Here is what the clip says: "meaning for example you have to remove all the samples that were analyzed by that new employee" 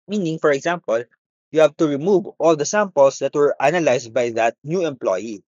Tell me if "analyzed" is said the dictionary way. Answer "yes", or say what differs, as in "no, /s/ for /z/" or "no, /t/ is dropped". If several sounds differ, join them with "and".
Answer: no, /s/ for /z/